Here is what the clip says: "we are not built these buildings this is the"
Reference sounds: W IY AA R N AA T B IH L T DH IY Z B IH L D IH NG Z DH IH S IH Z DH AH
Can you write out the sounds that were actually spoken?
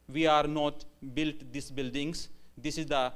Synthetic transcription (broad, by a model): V IY AA R N AA T B IH L T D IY S B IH L D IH NG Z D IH S IH Z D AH